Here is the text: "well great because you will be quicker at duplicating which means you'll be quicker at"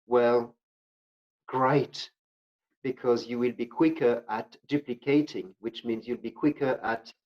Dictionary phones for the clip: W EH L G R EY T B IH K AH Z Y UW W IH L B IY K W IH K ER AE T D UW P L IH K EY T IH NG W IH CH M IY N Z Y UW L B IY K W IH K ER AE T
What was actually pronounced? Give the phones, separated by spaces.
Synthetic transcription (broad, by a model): W EH L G R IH T B IH K AH Z Y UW W IH L B IY K W IH K ER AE T D UW P L IH K EY T IH NG W IH CH M IY N Z Y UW L B IY K W IH K ER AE T